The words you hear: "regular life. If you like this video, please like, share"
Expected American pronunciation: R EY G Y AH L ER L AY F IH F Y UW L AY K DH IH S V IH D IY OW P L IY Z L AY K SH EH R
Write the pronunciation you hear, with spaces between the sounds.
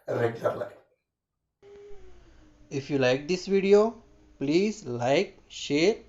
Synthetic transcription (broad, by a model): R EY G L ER L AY IH F Y UW L AY K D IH S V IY D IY OW P L IY Z L AY K SH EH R